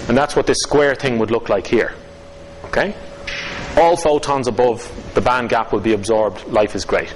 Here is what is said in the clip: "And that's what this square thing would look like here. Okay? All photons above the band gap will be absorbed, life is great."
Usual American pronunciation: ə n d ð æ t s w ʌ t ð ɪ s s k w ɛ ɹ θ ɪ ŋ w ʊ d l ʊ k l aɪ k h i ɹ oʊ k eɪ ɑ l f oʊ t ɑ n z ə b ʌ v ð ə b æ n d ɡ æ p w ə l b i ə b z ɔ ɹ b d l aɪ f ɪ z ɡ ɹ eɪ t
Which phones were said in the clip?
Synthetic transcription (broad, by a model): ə n ð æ t s w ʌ t ð ɪ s s k w ɛ ɹ θ ɪ ŋ w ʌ d l ʊ k l aɪ k h i ɹ oʊ k eɪ ɑ l f oʊ t ɑ n z ə b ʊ v ð ə b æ n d ɡ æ p w ə l b i ə b z ɔ ɹ b d l aɪ f ɪ z ɡ ɹ eɪ t